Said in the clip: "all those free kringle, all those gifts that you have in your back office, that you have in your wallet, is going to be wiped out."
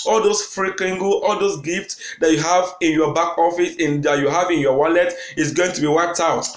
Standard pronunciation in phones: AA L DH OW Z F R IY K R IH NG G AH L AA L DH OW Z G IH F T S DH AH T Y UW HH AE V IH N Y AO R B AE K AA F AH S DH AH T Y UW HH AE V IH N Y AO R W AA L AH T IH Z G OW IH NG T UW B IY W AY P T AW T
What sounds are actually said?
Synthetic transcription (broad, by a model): AA L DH OW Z F R IY K IH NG G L AA L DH OW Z G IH F T S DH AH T Y UW HH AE V IH N Y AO B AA K AA F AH S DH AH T Y UW HH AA V IH N Y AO W AA L AH T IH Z G OW IH NG T UW B IY W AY T AW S